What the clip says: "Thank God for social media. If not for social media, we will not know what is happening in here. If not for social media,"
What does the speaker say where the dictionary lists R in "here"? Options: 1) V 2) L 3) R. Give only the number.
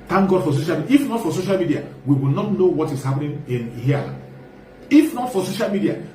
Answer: 2